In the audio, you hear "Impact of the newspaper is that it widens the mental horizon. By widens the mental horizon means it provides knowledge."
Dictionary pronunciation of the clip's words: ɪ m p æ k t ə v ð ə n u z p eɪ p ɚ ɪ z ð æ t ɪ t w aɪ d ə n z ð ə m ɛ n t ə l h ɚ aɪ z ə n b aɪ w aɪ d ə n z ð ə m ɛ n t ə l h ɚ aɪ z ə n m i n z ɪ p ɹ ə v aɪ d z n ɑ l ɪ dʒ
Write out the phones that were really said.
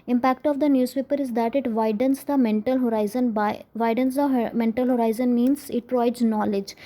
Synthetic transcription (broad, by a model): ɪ m p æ k t ə v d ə n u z p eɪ p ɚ ɪ z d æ t ɪ t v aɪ d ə n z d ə m ɛ n t ə l h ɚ aɪ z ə n b aɪ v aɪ d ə n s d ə m ɛ n t ə l h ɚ aɪ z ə n m i n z ɪ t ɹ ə ɪ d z n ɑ l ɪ dʒ